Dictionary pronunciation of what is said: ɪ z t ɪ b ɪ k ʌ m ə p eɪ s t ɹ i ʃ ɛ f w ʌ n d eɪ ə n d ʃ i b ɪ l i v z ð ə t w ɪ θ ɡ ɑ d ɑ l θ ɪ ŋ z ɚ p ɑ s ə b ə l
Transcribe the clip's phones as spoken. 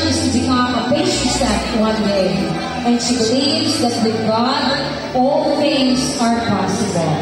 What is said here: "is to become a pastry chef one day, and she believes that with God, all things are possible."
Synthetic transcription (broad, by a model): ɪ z t ɪ b ɪ k ʌ m ə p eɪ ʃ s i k w ʌ n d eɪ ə n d ʃ i b ɪ l i v z ð ə t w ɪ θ ɡ ɑ d ɑ l θ ɪ ŋ z ɚ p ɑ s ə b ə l